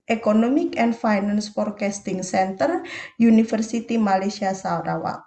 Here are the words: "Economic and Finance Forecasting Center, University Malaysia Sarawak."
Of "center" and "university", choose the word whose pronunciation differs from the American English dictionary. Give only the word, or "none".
university